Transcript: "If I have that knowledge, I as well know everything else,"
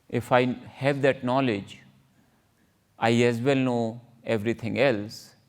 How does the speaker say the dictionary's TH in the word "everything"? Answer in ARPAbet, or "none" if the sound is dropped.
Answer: T